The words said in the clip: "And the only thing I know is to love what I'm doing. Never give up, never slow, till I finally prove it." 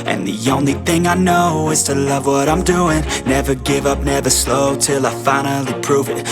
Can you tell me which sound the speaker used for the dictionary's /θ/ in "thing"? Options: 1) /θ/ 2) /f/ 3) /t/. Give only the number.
1